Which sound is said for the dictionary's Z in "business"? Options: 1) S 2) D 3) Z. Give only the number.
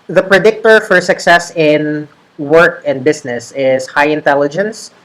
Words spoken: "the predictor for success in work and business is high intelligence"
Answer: 1